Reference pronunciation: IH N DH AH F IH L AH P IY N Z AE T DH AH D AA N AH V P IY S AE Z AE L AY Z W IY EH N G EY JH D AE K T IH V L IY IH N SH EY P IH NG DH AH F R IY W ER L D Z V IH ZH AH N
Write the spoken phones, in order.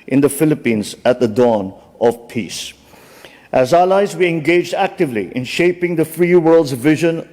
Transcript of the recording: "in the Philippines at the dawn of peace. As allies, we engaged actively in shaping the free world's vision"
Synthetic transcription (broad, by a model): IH N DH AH F IH L AH P IY N Z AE T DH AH D AA N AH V P IY S AE Z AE L AY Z W IY EH N G EY JH D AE K T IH V L IY IH N SH EY P IH NG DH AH F R IY W ER L D Z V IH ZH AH N